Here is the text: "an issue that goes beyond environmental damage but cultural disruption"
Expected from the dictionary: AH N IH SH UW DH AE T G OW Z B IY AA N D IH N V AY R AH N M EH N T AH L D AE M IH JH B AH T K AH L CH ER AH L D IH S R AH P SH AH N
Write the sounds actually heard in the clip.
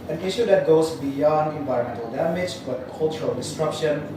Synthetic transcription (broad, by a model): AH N IH SH UW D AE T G OW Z B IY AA N D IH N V AY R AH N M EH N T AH L D AE M IH JH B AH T K AH L CH ER AH L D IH S R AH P SH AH N